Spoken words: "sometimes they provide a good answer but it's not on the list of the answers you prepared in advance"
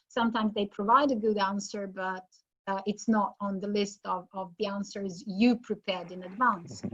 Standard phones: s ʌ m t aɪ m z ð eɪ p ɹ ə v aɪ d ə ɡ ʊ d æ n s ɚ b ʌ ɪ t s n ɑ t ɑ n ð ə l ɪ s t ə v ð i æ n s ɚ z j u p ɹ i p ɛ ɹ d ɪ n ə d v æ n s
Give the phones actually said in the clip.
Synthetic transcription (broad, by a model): s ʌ m t aɪ m z ð eɪ p ɹ ə v aɪ d ə ɡ ʊ d æ n s ɚ b ʌ ɪ t s n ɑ t n ð ə l ɪ s t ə v ð i æ n s ɚ z j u p ɹ i p ɛ ɹ d ɪ n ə d v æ n s